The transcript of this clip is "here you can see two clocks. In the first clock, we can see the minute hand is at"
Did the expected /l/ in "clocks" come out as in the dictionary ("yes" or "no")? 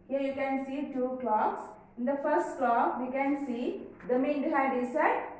yes